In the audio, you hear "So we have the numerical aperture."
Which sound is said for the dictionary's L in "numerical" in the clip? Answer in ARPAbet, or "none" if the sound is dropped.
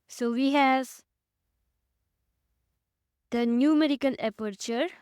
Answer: N